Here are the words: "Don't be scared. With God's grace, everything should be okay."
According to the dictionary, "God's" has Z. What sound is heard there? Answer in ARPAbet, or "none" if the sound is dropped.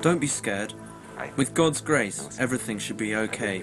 Z